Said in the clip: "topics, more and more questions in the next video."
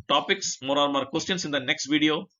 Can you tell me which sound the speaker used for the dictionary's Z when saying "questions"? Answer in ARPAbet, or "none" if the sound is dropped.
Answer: S